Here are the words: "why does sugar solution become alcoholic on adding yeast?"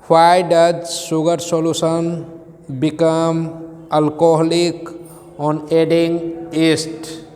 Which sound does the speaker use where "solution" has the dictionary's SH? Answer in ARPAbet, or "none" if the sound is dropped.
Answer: S